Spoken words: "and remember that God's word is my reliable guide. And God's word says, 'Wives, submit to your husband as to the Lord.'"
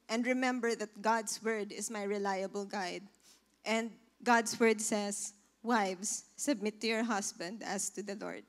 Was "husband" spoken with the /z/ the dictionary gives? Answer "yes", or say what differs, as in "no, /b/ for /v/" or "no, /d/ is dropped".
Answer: no, /s/ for /z/